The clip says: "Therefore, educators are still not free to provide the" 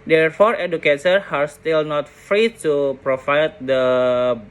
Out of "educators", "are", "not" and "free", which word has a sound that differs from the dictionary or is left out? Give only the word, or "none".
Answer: educators